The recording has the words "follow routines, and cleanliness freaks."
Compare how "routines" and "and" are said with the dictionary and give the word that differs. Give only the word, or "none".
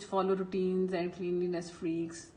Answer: none